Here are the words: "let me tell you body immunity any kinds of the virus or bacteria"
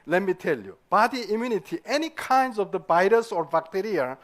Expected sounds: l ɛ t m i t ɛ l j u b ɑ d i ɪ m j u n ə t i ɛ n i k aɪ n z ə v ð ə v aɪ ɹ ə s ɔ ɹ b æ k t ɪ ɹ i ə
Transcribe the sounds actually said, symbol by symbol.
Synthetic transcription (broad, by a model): l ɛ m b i t ɛ l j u b ɑ d i ɪ m j u n ə t i ɛ n i k aɪ n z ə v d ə b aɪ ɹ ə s ɔ ɹ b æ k t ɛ ɹ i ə